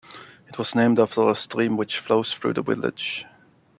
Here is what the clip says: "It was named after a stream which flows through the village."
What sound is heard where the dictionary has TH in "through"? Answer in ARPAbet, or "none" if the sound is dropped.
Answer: TH